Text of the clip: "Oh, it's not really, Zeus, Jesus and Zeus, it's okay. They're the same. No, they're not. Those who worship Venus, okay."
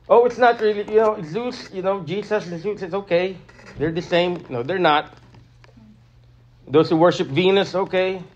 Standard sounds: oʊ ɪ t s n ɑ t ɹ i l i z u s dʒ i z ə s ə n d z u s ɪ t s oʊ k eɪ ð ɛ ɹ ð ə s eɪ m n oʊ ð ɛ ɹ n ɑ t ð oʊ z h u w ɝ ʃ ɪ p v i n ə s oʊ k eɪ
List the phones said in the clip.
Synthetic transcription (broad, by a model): oʊ ɪ t s n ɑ t ɹ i l i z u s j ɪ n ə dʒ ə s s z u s ɪ t s oʊ k eɪ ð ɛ ɹ ð ə s eɪ m n oʊ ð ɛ ɹ n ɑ t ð oʊ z h u w ɝ ʃ ɪ p v i n ə s oʊ k eɪ